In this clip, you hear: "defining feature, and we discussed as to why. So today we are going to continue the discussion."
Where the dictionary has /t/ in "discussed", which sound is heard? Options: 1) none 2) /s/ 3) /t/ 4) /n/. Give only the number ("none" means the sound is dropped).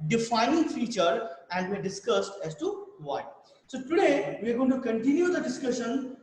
3